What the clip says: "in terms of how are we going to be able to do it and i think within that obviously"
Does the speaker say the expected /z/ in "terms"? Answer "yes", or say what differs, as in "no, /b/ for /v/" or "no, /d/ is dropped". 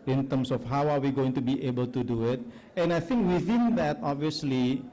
no, /s/ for /z/